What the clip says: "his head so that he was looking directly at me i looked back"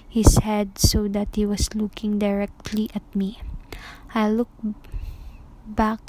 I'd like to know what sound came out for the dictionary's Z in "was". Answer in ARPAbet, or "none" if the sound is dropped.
S